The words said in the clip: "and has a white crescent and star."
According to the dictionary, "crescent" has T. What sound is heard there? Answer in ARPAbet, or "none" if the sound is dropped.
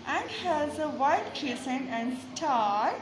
none